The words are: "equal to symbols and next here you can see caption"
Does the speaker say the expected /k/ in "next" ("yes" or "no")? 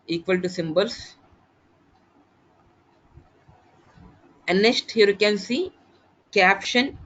no